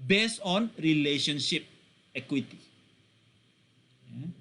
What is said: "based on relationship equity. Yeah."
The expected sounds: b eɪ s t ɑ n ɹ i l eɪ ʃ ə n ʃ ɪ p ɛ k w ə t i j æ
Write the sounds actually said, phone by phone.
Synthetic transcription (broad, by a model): b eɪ s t ɑ n ɹ i l eɪ ʃ ə n ʃ ɪ p ɛ k w ə t i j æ